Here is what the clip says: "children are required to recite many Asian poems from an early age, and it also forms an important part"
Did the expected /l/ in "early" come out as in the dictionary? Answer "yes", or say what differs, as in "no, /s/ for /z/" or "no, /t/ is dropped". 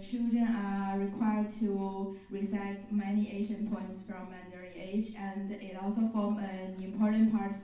no, /l/ is dropped